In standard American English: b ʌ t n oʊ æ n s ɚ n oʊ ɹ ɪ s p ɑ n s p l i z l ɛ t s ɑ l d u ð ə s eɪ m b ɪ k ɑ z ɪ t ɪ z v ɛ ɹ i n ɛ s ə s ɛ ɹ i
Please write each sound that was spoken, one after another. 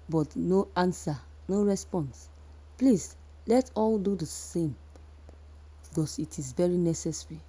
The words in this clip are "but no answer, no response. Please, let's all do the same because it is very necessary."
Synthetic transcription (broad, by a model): b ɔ t n oʊ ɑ n s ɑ n oʊ ɹ ɪ s p ɑ n s p l i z l ɛ t ɑ l d u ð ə s eɪ m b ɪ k ɑ s ɪ t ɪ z v ɛ ɹ i n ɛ s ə s ɹ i